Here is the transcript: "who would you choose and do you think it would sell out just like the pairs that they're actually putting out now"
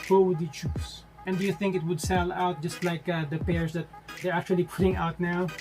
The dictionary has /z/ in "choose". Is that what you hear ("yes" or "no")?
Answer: no